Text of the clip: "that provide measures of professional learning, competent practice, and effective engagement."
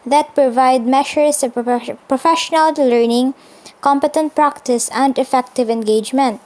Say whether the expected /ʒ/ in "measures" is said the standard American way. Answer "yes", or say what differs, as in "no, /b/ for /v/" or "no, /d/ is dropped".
no, /ʃ/ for /ʒ/